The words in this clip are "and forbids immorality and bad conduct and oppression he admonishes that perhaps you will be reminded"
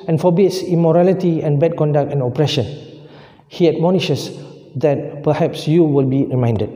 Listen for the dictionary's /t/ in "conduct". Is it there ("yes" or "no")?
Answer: yes